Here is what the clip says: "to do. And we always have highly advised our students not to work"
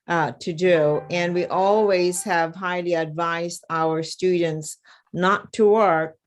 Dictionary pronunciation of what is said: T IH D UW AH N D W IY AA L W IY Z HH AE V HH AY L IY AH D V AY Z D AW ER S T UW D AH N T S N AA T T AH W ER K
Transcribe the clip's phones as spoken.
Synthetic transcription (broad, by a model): T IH D UW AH N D W IY AA L W IY Z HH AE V HH AY L IY AH D V AY Z D AW ER S T UW D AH N T S N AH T T AH W ER K